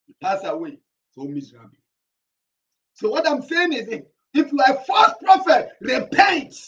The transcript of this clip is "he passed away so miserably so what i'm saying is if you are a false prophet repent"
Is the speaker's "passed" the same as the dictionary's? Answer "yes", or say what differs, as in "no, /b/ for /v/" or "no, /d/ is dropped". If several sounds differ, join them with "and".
no, /t/ is dropped